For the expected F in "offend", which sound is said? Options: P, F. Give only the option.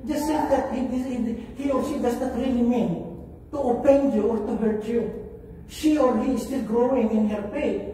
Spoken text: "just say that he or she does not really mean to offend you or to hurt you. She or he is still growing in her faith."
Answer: P